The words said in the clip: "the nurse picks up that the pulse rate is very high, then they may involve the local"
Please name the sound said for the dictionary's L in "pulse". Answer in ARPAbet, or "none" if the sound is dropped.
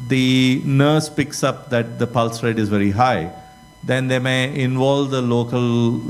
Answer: L